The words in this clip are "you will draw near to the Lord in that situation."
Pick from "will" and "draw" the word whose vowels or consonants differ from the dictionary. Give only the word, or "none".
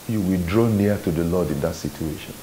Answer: none